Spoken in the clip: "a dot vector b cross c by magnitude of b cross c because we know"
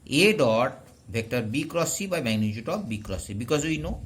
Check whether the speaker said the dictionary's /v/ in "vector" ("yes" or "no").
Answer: no